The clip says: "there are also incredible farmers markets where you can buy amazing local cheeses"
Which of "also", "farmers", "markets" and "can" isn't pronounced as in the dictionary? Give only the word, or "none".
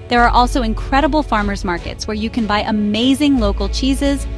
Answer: none